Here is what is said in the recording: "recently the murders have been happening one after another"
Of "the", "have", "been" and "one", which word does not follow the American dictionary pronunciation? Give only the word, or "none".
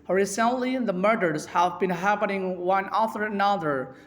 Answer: none